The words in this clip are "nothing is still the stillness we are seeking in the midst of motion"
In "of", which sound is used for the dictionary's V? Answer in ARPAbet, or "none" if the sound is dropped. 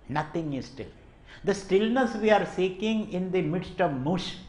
V